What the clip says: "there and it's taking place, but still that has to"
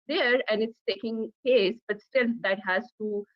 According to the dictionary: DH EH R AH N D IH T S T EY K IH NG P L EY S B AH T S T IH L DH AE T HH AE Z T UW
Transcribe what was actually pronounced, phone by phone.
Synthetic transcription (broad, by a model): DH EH R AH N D IH T S T EY K IH NG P EY S B AH T S T IH L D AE T HH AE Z T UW